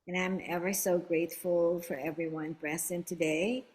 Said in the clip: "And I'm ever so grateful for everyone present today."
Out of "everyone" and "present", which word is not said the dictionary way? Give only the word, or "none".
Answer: present